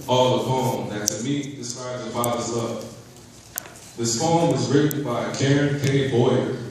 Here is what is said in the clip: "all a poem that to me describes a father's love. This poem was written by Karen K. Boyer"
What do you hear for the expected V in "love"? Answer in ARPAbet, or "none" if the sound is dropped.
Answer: P